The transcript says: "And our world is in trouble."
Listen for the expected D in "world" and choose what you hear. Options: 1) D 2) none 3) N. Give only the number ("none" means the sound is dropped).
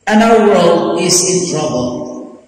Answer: 2